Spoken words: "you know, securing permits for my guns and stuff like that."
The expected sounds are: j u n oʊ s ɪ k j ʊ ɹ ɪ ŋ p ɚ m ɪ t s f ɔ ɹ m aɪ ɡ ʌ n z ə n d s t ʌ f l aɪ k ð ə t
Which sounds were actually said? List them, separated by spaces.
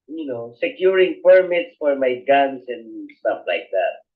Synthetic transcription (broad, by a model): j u n oʊ s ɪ k j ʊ ɹ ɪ ŋ p ɚ m ɪ t s f ɔ ɹ m aɪ ɡ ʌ n s ə n d s t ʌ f l aɪ k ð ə t